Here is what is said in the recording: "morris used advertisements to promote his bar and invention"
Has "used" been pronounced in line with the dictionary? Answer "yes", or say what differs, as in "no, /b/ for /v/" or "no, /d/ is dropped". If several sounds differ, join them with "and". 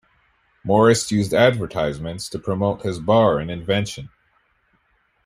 yes